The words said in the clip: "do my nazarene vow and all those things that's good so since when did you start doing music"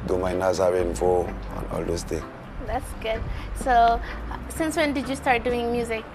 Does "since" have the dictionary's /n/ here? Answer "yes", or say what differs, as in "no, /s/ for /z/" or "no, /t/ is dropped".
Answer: yes